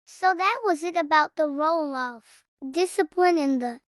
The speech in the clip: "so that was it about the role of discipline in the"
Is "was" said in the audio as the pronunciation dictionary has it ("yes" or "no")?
yes